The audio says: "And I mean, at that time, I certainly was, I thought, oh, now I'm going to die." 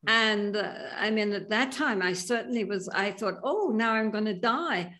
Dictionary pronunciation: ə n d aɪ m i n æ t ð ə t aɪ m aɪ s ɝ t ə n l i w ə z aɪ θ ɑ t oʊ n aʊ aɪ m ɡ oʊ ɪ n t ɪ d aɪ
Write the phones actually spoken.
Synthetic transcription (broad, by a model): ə n aɪ m i n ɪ t ð ə t aɪ m aɪ s ɝ t n l i w ə z aɪ θ ɑ t oʊ n aʊ aɪ m ɡ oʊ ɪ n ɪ d aɪ